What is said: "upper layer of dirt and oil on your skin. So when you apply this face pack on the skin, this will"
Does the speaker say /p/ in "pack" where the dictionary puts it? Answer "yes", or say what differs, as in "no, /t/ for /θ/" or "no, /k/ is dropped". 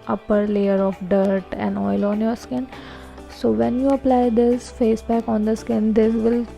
no, /b/ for /p/